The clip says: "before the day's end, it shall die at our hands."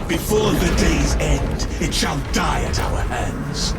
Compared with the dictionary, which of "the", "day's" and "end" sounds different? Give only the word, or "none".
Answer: none